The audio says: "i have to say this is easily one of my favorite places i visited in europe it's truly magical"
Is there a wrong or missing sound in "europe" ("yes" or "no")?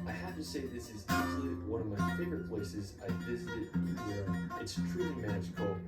yes